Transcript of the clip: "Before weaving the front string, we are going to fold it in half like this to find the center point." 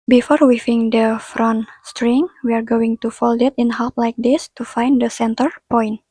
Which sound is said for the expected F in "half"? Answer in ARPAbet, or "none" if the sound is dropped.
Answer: P